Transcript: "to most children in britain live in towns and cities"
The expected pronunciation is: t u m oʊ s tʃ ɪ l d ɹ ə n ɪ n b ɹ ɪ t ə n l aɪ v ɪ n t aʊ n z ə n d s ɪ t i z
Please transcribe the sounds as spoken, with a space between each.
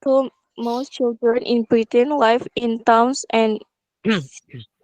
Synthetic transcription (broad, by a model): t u m oʊ s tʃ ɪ l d ɹ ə n ɪ n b ɹ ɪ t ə n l aɪ f ɪ n t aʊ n s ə n